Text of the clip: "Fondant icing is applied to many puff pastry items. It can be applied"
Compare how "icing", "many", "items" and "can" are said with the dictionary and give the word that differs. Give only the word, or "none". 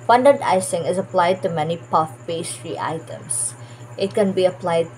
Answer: items